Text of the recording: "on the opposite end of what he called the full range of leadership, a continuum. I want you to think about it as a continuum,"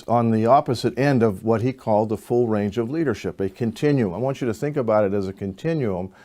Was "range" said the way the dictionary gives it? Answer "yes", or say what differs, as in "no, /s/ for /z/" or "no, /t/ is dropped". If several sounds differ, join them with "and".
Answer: yes